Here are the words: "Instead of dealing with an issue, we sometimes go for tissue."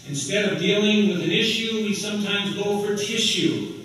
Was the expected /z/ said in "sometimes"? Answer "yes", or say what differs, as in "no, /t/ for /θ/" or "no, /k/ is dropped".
yes